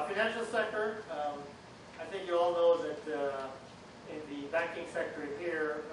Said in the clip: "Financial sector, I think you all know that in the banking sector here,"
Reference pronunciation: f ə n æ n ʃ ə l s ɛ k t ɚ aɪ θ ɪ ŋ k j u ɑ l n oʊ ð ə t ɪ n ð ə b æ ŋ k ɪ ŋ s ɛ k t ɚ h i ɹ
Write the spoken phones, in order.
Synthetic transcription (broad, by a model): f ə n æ n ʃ l s ɛ k t ɚ aɪ θ ɪ ŋ k j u ɑ l n oʊ ð ə t ɪ n ð ə b æ ŋ k ɪ ŋ s ɛ k t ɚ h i ɹ